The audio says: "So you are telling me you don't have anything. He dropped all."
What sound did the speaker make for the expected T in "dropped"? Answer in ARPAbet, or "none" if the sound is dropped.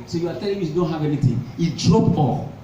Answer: none